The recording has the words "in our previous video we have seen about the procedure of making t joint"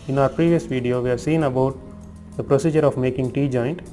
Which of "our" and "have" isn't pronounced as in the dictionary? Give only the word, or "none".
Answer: none